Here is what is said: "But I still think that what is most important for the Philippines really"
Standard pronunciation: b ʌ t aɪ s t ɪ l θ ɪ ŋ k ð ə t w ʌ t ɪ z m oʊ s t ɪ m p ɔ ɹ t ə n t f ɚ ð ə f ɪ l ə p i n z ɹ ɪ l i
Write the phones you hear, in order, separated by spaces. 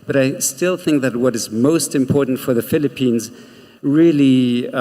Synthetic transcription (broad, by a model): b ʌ t aɪ s t ɪ l θ ɪ ŋ k ð ə t w ʌ t ɪ z m oʊ s t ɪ m p ɔ ɹ t n t f ɚ ð ə f ɪ l ə p i n z ɹ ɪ l i